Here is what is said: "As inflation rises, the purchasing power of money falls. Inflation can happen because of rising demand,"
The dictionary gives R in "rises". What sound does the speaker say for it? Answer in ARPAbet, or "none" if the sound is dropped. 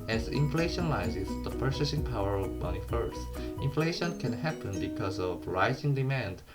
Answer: L